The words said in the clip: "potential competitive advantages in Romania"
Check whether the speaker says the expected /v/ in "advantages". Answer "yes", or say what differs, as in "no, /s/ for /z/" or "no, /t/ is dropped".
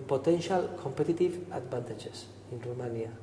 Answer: no, /b/ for /v/